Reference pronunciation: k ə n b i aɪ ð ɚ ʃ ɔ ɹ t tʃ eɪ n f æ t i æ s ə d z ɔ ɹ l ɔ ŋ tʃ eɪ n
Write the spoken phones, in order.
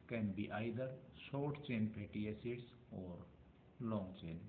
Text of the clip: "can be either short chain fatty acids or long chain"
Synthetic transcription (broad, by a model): k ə n b i aɪ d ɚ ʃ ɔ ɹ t tʃ eɪ n p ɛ t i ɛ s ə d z ɔ ɹ l ɔ ŋ tʃ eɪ n